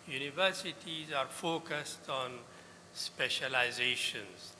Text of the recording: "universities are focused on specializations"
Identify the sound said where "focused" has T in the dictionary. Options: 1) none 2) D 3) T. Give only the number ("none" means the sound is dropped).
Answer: 3